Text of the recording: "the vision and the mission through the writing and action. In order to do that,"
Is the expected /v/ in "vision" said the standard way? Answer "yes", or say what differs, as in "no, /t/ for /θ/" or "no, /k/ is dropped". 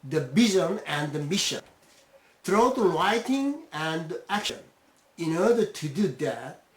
no, /b/ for /v/